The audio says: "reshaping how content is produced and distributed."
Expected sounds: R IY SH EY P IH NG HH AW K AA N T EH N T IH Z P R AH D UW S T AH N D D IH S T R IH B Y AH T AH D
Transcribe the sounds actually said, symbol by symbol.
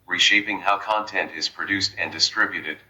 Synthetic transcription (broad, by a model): R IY SH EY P IH NG HH AW K AA N T EH N T IH Z P R AH D UW S T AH N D D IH S T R IH B Y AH T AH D